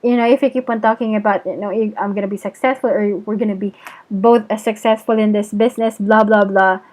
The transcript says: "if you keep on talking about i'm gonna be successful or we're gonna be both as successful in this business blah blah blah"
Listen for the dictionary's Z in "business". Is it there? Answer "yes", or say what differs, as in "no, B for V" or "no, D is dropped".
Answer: no, S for Z